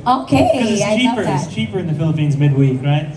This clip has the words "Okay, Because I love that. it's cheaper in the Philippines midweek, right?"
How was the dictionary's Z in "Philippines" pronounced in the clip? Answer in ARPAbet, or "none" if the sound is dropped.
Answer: Z